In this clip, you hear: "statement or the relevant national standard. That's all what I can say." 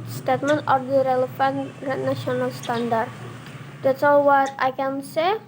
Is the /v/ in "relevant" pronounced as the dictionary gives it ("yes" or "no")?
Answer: no